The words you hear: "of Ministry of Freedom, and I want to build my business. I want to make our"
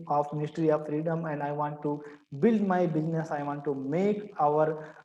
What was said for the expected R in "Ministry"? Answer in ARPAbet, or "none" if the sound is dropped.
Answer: R